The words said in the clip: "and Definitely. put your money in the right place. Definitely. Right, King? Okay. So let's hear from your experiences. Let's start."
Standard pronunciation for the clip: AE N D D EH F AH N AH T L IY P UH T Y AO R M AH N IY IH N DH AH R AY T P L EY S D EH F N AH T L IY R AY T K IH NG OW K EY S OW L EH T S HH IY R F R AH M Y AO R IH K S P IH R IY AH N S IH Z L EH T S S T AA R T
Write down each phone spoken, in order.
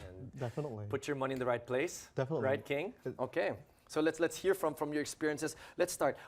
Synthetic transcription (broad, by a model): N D D EH F AH N AH T L IY P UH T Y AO R M AH N IY IH N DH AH R AY T P L EY S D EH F AH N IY R AY T K IH NG OW K EY S OW L EH T S HH IY R F R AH M Y AO R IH K S P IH R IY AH N S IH S L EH T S S T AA R T